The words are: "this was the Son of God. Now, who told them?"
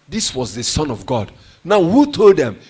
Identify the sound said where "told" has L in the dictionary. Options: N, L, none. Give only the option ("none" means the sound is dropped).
L